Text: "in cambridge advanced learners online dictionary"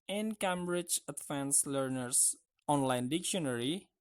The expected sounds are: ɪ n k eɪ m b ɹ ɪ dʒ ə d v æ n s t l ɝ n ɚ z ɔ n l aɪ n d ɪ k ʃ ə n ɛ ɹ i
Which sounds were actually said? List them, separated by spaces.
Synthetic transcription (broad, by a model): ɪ n k eɪ m b ɹ ɪ dʒ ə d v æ n s l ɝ n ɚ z ɔ n l aɪ n d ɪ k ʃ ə n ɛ ɹ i